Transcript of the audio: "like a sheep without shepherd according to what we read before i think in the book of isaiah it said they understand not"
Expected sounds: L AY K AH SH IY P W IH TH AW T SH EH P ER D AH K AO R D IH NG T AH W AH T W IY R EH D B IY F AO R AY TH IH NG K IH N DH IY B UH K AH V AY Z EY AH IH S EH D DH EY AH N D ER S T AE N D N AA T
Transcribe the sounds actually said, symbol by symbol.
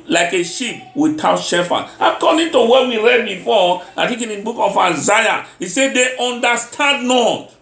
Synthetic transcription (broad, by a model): L AY K AH SH IY P W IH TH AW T SH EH F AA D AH K AO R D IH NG T AH W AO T W IY R EH D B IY F AO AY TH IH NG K IH N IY B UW K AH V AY Z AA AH IH S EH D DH EY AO N D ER S T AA N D N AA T